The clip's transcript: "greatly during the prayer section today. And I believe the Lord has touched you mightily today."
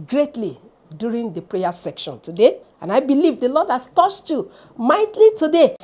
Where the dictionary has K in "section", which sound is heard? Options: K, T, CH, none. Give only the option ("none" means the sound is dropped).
K